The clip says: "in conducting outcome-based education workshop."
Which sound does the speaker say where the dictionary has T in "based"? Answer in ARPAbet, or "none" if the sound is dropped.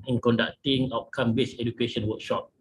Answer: none